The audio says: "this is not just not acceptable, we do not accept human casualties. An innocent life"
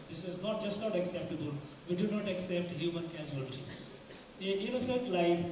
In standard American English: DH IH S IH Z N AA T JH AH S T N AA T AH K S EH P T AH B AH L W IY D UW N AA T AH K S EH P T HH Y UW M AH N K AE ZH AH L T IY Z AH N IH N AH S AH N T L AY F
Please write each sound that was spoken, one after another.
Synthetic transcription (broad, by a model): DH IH S IH Z N AA T JH AH S T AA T AH K S EH P T AH B AH L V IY D UW N AA T AH K S EH P T HH Y UW M AH N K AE Z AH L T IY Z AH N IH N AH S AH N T L AY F